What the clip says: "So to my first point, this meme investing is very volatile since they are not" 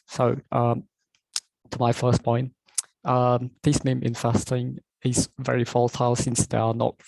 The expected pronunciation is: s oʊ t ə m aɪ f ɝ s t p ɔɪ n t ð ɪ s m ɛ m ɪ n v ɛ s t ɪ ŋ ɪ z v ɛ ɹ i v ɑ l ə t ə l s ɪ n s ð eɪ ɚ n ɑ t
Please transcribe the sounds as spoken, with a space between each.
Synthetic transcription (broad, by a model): s oʊ t ə m aɪ f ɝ s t p ɔɪ n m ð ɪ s m ɛ m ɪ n f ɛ s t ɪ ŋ ɪ z v ɛ ɹ i f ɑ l t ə l s ɪ n s ð eɪ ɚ n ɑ t